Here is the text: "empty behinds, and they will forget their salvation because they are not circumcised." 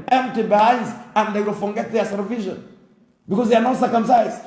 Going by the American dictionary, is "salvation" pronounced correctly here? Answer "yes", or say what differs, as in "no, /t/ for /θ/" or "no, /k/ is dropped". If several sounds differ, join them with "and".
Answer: no, /l/ is dropped